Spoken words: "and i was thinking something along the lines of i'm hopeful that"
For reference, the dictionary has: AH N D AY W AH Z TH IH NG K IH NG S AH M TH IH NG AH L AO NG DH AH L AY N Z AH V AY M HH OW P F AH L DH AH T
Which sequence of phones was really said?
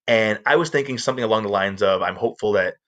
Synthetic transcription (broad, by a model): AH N AY W AH Z TH IH NG K IH NG S AH M TH IH NG AH L AO NG DH AH L AY N Z AH V AY M HH OW P F L DH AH T